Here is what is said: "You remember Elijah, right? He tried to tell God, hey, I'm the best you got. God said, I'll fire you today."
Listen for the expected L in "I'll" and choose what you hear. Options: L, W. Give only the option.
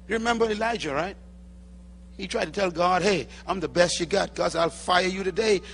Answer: L